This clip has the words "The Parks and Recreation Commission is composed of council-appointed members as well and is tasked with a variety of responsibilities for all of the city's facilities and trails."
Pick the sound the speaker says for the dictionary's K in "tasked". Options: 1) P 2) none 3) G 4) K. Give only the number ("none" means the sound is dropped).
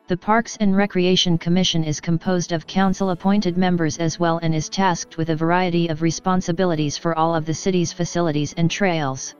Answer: 4